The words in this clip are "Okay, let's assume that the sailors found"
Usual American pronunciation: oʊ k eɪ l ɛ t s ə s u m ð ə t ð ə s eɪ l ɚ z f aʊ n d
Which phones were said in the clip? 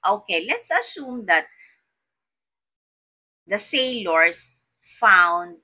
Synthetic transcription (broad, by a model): oʊ k eɪ l ɛ t s ə s u m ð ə t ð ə s eɪ l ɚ s f aʊ n d